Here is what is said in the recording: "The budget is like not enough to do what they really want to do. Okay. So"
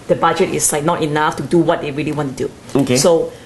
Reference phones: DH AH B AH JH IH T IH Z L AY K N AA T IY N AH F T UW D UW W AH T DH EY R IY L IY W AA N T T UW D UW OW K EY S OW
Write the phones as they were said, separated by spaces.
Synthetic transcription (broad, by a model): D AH B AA JH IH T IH S L AY K N AA T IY N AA F T UW D UW W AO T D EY R IY L IY W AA N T T UW D UW OW K EY S OW